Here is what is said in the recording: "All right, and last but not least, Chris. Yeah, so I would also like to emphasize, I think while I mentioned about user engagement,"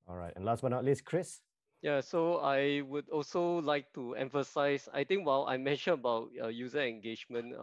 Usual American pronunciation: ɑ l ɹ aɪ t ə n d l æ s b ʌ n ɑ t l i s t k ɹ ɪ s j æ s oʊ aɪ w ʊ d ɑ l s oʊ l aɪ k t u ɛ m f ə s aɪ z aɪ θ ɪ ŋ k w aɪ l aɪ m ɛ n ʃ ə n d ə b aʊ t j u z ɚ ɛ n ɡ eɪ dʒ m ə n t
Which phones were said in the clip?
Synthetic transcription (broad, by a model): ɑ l ɹ aɪ t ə n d l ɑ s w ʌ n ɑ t l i s k ɹ ɪ s j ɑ s oʊ aɪ w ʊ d ɑ l s oʊ l aɪ k t u ɛ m f ə s aɪ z aɪ t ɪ ŋ k w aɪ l aɪ m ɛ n ʃ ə n ə b aʊ t j u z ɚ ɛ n ɡ eɪ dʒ m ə n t